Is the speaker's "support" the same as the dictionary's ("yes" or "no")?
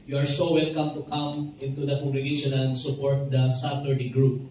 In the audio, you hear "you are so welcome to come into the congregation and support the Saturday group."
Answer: yes